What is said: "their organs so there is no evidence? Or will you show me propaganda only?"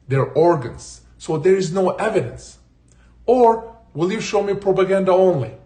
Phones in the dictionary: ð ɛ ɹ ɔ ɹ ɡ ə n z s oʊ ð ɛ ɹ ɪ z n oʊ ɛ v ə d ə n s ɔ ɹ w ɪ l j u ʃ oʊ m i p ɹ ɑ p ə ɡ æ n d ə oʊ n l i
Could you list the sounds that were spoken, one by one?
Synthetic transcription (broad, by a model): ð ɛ ɹ ɔ ɹ ɡ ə n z s oʊ ð ɛ ɹ ɪ z n oʊ ɛ v ə d ə n s ɔ ɹ w ɪ l j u ʃ oʊ m i p ɹ ɑ p ə ɡ æ n d ə oʊ n l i